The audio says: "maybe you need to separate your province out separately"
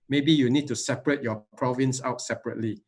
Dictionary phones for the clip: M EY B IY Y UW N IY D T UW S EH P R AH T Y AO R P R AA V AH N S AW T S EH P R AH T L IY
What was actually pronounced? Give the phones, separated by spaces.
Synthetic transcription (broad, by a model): M EY B IY Y UW N IY D T UW S EH P R AH T Y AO P R AA V AH N S AW T S EH P R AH T L IY